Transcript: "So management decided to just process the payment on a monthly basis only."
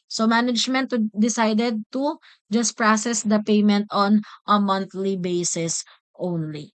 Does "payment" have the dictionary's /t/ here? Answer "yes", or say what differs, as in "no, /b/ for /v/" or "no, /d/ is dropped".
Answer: yes